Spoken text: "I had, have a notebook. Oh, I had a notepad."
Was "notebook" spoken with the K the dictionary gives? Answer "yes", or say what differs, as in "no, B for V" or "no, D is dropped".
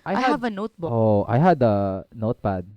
no, K is dropped